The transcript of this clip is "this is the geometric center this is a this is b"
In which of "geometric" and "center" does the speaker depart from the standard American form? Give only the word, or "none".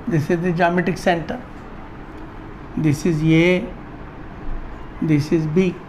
geometric